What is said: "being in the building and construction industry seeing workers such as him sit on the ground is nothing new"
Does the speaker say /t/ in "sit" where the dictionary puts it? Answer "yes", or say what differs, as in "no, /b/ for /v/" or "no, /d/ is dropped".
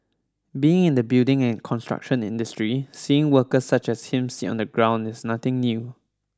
no, /t/ is dropped